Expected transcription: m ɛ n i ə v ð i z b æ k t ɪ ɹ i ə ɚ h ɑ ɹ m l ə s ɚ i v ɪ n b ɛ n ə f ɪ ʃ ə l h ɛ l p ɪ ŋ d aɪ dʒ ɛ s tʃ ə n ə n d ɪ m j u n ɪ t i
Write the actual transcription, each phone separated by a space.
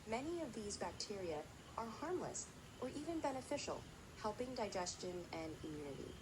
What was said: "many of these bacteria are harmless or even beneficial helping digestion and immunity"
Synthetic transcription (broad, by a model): m ɛ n i ə v ð i z b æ k t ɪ ɹ i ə ɚ h ɑ ɹ m l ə s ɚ i v ɪ n b ɛ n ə f ɪ ʃ l h ɛ l p ɪ ŋ d aɪ dʒ ɛ s tʃ ə n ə n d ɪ m j u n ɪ t i